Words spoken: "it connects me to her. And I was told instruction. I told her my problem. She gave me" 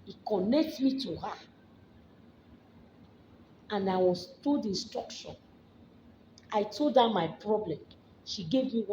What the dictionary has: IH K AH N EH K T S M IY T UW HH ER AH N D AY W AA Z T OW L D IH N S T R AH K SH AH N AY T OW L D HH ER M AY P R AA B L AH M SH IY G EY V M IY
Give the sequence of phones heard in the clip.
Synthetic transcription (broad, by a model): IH K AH N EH K T M IY T UW HH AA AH N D AY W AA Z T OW D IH N S T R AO K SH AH N AY T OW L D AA M AY P R AA B L AH M SH IY G EY V M IY